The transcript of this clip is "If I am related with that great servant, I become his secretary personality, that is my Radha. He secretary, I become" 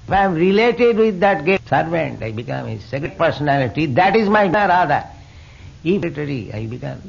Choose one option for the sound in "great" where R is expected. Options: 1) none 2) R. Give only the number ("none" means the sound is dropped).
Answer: 1